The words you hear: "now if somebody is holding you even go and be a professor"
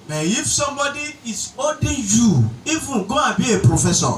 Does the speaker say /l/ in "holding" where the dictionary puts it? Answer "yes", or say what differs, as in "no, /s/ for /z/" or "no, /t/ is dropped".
no, /l/ is dropped